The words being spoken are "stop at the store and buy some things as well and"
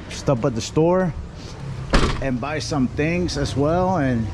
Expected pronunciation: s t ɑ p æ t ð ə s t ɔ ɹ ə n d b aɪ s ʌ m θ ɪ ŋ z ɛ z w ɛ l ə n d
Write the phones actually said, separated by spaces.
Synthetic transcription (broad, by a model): s t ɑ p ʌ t ð ə s t ɔ ɹ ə n b aɪ s ʌ m θ ɪ ŋ z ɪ z w ɛ l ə n